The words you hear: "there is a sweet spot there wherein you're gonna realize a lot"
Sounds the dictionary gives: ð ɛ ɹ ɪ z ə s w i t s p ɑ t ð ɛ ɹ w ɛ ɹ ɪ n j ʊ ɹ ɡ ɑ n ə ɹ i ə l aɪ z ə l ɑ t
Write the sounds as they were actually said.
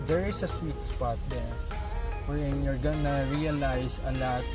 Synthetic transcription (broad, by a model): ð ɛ ɹ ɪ s ə s w i t s p ɑ t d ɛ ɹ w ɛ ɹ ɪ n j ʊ ɹ ɡ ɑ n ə ɹ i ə l aɪ s ə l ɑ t